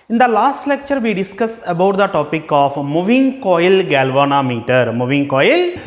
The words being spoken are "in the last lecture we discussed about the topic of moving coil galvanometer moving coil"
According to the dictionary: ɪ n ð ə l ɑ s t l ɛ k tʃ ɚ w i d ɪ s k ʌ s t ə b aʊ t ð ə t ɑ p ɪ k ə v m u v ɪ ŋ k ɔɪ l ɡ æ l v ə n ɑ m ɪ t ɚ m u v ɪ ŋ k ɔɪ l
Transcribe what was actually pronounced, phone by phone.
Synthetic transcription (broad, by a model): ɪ n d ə l ɑ s t l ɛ k tʃ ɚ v i d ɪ s k ʌ s ə b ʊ t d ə t ɑ p ɪ k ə f m u v ɪ ŋ k ɔɪ l ɡ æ l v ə n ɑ m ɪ t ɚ m u v ɪ ŋ k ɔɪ l